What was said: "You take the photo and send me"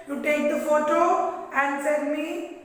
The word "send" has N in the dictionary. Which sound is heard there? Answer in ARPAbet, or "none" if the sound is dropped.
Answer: none